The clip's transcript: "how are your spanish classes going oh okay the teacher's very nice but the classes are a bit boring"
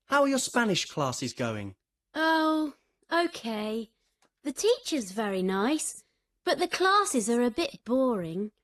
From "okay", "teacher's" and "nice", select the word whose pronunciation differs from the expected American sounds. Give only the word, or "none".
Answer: none